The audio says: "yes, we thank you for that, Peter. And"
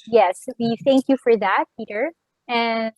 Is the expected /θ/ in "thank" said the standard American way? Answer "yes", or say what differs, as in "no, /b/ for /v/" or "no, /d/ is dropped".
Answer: yes